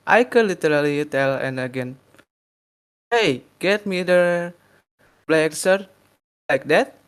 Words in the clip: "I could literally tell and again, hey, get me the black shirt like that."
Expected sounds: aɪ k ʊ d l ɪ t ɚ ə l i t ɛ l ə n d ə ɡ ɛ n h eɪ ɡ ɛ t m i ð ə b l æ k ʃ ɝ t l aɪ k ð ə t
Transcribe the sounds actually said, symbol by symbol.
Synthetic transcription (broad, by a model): aɪ k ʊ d l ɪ t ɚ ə l i t ɛ l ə n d ə ɡ ɛ n h eɪ ɡ ɛ t m i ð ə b l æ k s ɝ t l aɪ k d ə t